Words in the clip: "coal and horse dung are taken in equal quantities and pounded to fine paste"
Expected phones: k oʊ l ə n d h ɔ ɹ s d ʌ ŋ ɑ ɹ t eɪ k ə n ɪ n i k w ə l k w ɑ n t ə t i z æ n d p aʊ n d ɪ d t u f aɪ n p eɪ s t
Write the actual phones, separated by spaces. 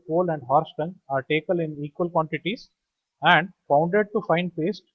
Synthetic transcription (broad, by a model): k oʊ l ə n d h ɔ ɹ s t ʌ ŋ ɑ ɹ t eɪ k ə l ɪ n i k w ə l k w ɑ n t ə t i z æ n d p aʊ n d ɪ d t u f aɪ n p eɪ s t